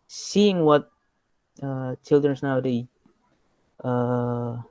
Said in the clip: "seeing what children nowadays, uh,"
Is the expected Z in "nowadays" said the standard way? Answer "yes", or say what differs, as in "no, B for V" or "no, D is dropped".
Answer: no, Z is dropped